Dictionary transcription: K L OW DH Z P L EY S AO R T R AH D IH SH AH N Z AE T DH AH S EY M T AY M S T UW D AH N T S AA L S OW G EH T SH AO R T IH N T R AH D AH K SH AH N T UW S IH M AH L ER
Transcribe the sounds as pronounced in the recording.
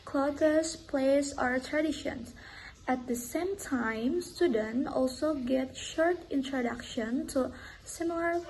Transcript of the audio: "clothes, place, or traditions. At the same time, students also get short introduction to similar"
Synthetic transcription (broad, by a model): K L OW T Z P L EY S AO R T R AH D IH SH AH N AE T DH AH S EY M T AY M S T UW D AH N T AA L S OW G EH T SH AO R T IH N T R AH D AH K SH AH N T UW S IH M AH L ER